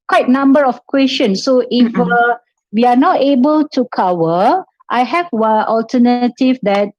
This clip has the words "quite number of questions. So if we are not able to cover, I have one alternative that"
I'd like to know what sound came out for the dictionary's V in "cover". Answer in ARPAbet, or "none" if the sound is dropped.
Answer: W